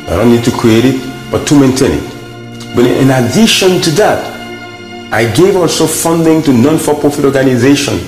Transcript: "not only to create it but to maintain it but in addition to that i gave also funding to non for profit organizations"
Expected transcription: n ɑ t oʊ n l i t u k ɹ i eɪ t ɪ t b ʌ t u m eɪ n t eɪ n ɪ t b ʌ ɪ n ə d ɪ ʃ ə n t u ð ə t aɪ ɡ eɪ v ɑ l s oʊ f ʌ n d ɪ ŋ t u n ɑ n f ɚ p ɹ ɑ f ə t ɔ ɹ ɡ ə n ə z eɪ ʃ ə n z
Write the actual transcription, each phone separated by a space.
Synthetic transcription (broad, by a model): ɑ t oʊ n i t u k ɹ i eɪ t ɪ t b ʌ t u m eɪ n t eɪ n ɪ t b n ɪ n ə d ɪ ʃ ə n t u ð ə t aɪ ɡ eɪ v ɑ l s oʊ f ʌ n d ɪ ŋ t u n ɑ n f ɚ p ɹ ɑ f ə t ɔ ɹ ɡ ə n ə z eɪ ʃ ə n